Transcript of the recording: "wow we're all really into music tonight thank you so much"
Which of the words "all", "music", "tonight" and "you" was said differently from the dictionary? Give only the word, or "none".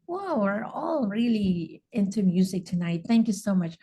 none